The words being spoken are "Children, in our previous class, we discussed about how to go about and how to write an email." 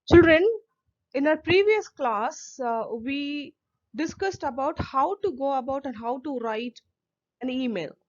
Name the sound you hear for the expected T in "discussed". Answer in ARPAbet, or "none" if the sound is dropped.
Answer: T